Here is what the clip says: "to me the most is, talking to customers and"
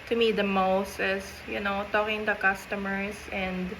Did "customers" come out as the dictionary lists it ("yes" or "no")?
no